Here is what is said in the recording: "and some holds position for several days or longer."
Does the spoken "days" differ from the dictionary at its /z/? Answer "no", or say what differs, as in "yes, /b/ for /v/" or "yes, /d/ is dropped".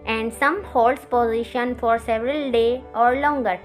yes, /z/ is dropped